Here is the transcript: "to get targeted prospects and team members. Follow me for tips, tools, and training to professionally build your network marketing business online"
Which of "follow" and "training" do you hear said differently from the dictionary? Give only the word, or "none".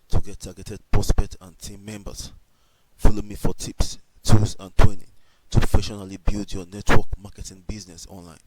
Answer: training